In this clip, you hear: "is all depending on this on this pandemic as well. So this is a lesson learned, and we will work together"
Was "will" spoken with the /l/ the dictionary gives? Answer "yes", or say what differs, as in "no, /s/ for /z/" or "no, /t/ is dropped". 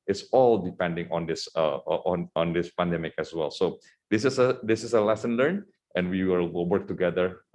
no, /w/ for /l/